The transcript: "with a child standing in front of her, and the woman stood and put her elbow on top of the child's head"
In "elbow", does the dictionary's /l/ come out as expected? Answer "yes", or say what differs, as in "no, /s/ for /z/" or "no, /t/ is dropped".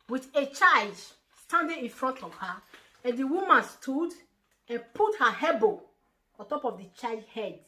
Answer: no, /l/ is dropped